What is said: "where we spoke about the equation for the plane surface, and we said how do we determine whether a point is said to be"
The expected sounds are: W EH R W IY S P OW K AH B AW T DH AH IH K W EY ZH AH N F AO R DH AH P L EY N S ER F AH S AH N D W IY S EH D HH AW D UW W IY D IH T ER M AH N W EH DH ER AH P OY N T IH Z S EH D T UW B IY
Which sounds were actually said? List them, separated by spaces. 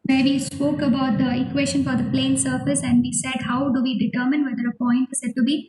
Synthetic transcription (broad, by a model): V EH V IY S P OW K AH B AW T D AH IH K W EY SH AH N F AO R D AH P L EY N S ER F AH S AH N D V IY S EH D HH AW D UW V IY D IH T ER M AH N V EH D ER AH P OY N T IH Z S EH D T UW B IY